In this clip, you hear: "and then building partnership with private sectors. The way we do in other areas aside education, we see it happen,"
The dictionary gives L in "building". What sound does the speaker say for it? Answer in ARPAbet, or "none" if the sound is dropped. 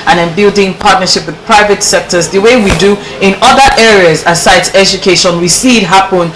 L